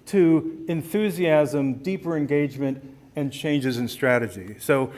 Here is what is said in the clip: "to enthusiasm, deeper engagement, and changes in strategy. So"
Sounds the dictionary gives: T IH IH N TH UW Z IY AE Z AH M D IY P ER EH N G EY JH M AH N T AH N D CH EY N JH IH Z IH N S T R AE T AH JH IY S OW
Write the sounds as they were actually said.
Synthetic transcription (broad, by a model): T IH IH N TH UW Z IY AE Z AH M D IY P ER EH N G EY JH M AH N T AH N CH EY N JH IH Z IH N S T R AE T AH JH IY S OW